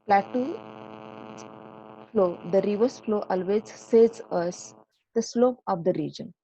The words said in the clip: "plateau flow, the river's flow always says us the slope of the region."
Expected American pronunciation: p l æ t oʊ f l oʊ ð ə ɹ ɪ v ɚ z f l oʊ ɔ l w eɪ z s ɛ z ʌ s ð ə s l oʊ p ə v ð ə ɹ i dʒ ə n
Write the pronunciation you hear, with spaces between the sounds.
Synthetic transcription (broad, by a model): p l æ t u f l oʊ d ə ɹ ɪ v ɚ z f l oʊ ɔ l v eɪ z s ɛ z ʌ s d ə s l oʊ p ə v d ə ɹ i dʒ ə n